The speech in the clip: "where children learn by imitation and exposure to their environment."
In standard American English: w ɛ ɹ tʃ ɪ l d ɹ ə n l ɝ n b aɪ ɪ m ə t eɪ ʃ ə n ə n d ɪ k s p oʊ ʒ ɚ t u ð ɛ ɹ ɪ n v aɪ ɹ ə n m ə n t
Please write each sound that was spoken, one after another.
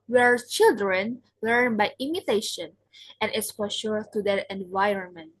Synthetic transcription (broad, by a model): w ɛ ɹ tʃ ɪ l d ɹ ə n l ɝ n b aɪ ɪ m ə t eɪ ʃ ə n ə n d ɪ s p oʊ ʃ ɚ t u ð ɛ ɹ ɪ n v aɪ ɹ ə n m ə n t